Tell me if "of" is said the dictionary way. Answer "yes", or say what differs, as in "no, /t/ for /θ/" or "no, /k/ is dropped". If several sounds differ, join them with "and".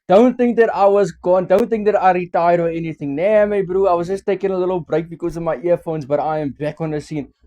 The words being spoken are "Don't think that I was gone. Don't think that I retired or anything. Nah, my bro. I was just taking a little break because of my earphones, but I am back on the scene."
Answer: yes